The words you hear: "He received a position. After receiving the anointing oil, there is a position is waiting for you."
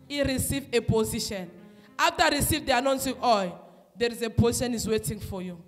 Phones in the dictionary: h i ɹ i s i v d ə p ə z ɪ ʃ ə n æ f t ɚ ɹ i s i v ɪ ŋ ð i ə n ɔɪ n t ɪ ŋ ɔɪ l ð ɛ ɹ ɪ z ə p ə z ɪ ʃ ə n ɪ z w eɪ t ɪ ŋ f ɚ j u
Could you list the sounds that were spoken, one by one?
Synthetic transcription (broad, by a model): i ɹ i s i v ə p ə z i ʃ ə n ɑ f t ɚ ɹ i s i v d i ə n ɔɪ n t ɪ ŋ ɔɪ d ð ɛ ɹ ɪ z ə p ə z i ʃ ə n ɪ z w eɪ t ɪ ŋ f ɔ j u